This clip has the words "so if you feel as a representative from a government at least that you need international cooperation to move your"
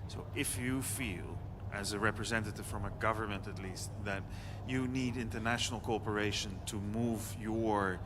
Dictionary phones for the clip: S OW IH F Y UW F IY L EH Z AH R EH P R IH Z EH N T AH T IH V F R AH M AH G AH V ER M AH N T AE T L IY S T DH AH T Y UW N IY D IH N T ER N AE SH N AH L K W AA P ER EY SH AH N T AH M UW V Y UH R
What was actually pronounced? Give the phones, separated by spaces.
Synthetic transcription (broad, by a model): S OW IH F Y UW F IY L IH Z AH R EH P R IH Z EH N T AH T IH V F R AH M AH G AH V ER M AH N T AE T L IY S T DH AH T Y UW N IY D IH N T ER N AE SH N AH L K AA P ER EY SH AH N T AH M UW V Y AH R